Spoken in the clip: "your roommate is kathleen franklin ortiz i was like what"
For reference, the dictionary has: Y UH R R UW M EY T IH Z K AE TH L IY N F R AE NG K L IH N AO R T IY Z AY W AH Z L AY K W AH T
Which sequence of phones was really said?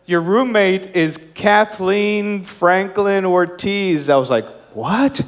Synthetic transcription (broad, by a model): Y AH R R UW M EY T IH Z K AE TH L IY N F R AE NG K L IH N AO R T IY Z AY W AH Z L AY K W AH T